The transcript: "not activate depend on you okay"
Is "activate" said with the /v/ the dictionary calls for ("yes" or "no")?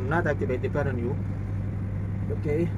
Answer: no